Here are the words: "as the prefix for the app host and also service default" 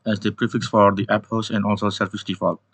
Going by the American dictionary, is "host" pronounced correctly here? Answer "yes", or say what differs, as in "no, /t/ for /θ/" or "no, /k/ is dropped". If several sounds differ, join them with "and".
no, /t/ is dropped